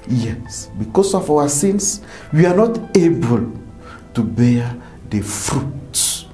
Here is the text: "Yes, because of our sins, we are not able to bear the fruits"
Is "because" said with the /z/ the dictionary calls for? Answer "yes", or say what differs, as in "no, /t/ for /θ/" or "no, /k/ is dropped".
no, /s/ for /z/